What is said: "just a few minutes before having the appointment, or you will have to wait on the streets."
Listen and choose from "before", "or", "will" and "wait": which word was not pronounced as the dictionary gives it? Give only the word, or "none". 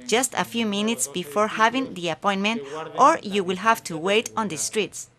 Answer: none